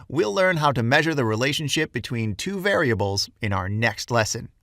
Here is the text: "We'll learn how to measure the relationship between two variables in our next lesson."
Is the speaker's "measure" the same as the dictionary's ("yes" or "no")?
yes